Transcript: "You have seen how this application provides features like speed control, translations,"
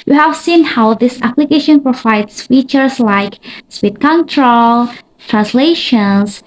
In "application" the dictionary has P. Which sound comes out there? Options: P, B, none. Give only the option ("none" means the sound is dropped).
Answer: P